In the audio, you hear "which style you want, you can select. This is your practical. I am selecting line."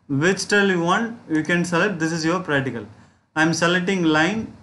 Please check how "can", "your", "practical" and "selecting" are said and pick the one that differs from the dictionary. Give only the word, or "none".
selecting